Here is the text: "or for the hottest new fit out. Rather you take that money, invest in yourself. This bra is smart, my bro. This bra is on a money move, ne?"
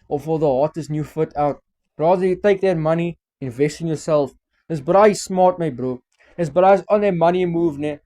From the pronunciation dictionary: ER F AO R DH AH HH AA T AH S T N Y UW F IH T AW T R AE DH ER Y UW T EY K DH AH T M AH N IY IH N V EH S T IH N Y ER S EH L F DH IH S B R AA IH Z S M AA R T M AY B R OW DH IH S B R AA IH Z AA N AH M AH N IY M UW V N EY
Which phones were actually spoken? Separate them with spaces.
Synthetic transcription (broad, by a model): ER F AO L DH AH HH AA T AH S N Y UW F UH T AW T R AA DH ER Y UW T EY K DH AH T M AH N IY IH N V EH S T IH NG Y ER S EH L F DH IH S B R AA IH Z S M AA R T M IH B R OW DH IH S B R AA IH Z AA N AH M AH N IY M UW V N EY